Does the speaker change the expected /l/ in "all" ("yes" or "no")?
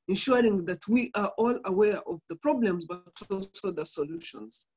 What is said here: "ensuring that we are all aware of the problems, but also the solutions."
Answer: no